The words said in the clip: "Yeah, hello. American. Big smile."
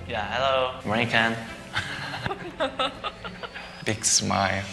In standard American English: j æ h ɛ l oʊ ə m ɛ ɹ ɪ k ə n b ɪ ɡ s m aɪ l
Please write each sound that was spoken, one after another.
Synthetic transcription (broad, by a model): j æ h ɛ l oʊ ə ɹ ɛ ɪ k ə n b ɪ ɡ s m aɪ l